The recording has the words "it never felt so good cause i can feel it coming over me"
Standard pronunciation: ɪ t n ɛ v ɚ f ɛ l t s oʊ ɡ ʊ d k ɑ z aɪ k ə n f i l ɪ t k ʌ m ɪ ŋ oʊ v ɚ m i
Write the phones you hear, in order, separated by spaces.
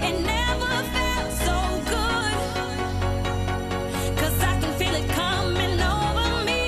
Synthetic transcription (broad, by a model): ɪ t n ɛ v ɚ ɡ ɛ t s oʊ ɡ ʊ d k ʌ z aɪ k ə n f i l ɪ t k ʌ m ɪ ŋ oʊ v ɚ m i